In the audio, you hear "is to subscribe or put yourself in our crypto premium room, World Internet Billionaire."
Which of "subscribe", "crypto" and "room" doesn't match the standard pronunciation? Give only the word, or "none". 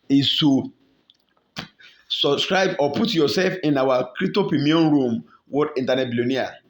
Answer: crypto